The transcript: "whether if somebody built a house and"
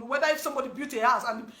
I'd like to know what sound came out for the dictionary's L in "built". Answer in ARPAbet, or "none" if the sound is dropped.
none